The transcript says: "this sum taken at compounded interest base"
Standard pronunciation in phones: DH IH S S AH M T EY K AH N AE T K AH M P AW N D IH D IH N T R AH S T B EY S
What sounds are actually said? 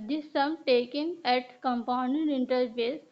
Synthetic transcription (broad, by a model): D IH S S AH M T EY K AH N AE T K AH M P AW N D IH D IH N T AH T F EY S